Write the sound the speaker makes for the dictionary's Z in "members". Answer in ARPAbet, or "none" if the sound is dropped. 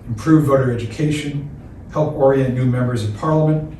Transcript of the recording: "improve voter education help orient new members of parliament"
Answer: Z